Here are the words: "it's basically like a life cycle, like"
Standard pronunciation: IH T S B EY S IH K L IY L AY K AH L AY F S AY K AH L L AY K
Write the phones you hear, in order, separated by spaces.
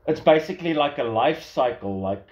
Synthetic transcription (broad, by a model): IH T S B EY S IH K L IY L AY K AH L AY F S AY K AH L L AY K